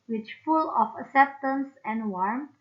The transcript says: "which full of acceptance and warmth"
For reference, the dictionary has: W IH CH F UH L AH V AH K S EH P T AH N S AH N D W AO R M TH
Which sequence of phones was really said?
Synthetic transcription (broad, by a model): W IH CH F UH L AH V AH K S EH P T AH N S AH N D W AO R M